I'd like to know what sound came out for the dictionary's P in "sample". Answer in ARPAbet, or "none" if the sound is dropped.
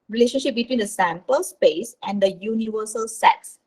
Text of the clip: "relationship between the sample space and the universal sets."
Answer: P